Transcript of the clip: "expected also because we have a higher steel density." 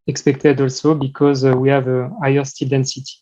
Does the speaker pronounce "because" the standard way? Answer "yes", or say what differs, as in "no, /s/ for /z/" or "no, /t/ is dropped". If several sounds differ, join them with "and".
yes